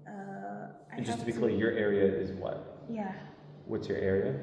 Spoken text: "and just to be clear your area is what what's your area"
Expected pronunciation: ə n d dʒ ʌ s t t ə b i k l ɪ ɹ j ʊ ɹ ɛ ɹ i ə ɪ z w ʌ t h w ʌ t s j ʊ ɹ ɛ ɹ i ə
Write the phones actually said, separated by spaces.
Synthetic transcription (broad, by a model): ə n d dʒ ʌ s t t ə b i k l ɪ ɹ j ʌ ɹ ɛ ɹ i ə ɪ z w ʌ t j w ʌ t s j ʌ ɹ ɛ ɹ i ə